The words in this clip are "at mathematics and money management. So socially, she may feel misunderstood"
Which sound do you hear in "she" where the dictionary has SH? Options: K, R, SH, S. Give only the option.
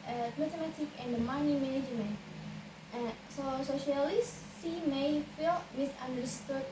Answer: S